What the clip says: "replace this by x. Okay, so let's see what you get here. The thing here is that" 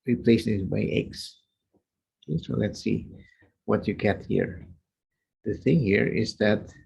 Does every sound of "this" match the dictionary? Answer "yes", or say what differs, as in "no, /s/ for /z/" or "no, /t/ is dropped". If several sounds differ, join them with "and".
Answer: no, /s/ is dropped